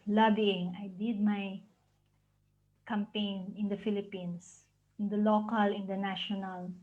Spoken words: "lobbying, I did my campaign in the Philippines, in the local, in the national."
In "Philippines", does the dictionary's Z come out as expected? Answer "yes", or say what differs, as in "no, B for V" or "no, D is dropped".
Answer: no, S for Z